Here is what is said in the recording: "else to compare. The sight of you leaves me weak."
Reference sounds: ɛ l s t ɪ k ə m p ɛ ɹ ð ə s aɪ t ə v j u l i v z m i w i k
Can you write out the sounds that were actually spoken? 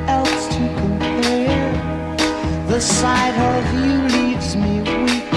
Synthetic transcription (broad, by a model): ɛ l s t ɪ k ə m p ɛ ɹ ð ə s aɪ t ə v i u l i v z m i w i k